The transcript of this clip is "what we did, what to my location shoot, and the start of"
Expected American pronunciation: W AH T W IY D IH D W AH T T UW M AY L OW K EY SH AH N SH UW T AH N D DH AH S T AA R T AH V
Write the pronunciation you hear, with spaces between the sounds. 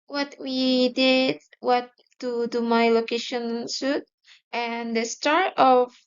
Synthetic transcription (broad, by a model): W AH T W IY D IH D W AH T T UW M AY L OW K EY SH AH N S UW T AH N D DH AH S T AA R T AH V